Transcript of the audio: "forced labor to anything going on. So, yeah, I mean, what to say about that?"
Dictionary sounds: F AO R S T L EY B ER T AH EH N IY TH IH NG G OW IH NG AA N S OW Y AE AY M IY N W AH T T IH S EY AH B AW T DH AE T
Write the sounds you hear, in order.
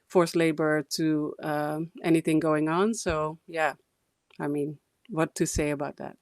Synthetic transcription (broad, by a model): F AO R S L EY B ER T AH EH N IY TH IH NG G OW IH NG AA N S OW Y AE AY M IY N W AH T T IH S EY AH B AW T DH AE T